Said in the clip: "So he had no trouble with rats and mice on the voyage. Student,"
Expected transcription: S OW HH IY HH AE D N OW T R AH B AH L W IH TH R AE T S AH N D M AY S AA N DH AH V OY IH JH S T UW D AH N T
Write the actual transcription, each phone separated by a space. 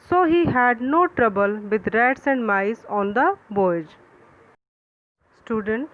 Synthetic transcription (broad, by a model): S OW HH IY HH AE D N OW T R AH B AH L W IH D R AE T S AH N D M AY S AA N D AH B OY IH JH S T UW D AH N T